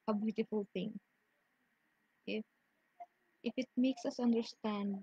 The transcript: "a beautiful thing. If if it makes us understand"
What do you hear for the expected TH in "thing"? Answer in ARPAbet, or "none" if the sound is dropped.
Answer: T